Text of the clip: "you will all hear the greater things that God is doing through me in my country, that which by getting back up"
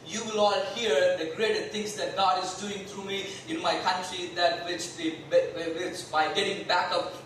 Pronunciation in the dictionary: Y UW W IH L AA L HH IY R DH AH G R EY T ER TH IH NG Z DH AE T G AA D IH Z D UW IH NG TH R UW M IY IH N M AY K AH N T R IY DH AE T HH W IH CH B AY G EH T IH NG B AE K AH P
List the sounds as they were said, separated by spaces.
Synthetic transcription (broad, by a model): Y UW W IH L AA L HH IY R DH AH G R EY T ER S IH NG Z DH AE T G AA D IH Z D UW IH NG T R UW M IY IH N M AY K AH N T R IY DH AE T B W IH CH B AY G EH T IH NG B AE K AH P